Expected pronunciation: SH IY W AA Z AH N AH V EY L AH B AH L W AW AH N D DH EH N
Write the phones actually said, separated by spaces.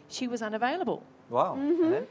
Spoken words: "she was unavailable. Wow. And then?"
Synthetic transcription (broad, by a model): SH IY W AA Z AH N AH V EY L AH B AH L W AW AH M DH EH